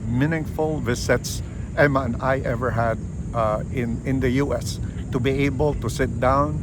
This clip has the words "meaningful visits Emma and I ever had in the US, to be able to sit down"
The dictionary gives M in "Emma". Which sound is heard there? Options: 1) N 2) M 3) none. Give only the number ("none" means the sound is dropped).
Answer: 2